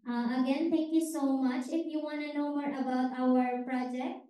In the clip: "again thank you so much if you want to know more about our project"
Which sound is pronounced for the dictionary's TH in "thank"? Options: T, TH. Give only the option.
T